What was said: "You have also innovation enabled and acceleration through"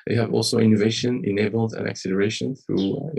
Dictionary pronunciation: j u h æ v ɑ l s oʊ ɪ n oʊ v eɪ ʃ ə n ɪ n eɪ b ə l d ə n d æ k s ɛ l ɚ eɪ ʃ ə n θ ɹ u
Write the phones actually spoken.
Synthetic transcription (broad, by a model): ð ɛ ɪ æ v ɑ l s oʊ ɪ n oʊ v eɪ ʃ ə n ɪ n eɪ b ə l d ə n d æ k s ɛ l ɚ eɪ ʃ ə n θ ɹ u